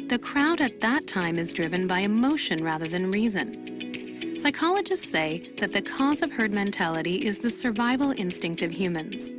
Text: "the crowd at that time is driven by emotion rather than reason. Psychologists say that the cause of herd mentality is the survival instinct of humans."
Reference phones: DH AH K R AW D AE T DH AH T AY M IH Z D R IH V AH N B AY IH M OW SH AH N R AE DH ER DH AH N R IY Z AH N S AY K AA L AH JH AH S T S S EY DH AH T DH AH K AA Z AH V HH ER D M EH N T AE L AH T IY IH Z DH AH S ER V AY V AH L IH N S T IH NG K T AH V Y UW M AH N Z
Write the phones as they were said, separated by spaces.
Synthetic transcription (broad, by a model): DH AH K R AW D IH T DH AH T AY M IH Z D R IH V AH N B AY IH M OW SH AH N R AE DH ER DH AH N R IY Z AH N S AY K AA L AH JH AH S T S S EY DH AH T DH AH K AA Z AH V HH ER D M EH N T AE L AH T IY IH Z DH AH S ER V AY V L IH N S T IH NG K T AH V Y UW M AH N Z